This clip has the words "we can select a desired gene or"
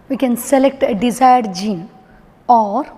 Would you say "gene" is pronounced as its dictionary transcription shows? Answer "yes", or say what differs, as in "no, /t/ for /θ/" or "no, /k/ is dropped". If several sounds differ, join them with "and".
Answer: yes